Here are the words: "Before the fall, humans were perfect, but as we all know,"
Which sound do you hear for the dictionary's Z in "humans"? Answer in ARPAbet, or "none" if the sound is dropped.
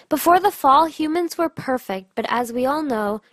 Z